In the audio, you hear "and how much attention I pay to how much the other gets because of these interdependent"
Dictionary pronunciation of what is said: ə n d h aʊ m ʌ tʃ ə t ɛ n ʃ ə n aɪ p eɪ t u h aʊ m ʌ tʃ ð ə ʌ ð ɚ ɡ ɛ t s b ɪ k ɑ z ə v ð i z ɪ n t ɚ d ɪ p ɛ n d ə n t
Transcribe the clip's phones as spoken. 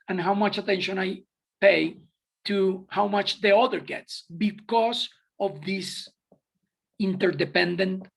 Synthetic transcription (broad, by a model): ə n h aʊ m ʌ tʃ ə t ɛ n ʃ ə n aɪ p eɪ t u h aʊ m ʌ tʃ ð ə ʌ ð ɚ ɡ ɛ t s b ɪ k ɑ s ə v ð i s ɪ n t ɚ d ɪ p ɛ n d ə n t